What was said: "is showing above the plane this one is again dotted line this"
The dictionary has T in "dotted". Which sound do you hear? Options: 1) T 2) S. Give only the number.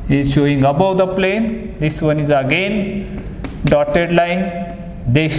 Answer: 1